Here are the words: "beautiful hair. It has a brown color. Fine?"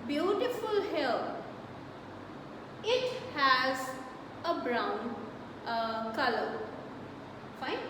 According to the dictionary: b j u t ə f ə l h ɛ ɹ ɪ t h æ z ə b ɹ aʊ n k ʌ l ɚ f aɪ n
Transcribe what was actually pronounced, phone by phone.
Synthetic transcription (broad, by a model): b j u t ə f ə l h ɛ l ɪ t h æ z ə b ɹ aʊ n k ʌ l ɚ f aɪ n